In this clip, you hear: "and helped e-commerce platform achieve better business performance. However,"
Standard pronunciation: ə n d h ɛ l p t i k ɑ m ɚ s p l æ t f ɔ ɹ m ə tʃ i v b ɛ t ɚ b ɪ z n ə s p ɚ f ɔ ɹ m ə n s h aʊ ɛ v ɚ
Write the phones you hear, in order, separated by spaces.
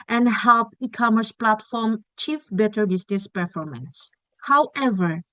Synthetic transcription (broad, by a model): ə n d h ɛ l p i k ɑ m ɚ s p l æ t f ɔ ɹ m tʃ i f b ɛ t ɚ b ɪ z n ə s p ɚ f ɔ ɹ m ə n s h aʊ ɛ v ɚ